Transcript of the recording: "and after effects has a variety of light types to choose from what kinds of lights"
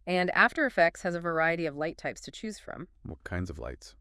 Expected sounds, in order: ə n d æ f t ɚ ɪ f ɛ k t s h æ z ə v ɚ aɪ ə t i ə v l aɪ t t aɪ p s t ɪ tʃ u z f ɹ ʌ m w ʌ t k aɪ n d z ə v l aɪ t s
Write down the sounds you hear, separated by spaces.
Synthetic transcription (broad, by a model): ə n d æ f t ɚ ɪ f ɛ k t s h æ z ə v ɚ aɪ ə t i ə v l aɪ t t aɪ p s t ɪ tʃ u z f ɹ ʌ m w ʌ t k aɪ n d z ə v l aɪ t s